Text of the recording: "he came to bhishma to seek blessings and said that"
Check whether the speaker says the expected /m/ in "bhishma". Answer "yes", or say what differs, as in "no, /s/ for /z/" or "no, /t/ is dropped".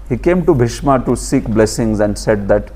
yes